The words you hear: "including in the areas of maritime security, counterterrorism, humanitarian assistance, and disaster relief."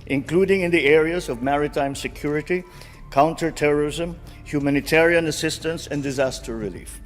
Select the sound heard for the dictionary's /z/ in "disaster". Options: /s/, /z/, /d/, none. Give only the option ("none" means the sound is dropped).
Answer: /z/